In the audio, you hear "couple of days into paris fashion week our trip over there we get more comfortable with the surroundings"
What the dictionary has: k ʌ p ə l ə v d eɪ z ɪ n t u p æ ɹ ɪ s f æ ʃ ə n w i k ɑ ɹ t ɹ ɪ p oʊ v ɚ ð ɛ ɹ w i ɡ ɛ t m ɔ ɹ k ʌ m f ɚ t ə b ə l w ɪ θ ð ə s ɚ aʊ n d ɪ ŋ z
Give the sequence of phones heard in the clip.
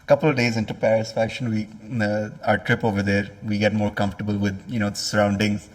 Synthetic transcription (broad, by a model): k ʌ p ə l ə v d eɪ z ɪ n t u p æ ɹ ɪ s f æ ʃ ə n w i ɑ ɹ t ɹ ɪ p oʊ v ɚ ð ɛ ɹ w i ɡ ɛ t m ɔ ɹ k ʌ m f ɚ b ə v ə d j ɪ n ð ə s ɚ aʊ n d ɪ ŋ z